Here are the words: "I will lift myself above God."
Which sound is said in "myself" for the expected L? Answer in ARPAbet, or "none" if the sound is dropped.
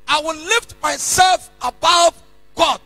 L